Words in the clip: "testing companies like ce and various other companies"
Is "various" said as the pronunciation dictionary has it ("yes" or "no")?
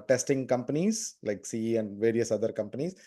yes